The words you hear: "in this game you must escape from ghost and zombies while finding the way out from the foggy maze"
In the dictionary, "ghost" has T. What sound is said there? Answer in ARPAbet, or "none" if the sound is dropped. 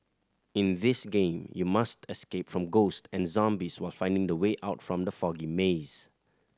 T